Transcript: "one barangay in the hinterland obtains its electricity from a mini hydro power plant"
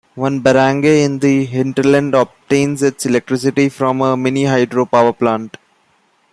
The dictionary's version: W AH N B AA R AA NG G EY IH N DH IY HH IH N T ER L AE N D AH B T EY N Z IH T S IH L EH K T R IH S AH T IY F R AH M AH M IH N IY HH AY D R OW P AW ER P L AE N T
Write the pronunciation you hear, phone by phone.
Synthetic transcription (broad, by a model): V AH N B AA R AA NG G EY IH N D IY HH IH N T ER L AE N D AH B T EY N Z IH T S IH L EH K T R IH S AH T IY F R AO M AH M IH N IY HH AY D R OW P AW ER P L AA N T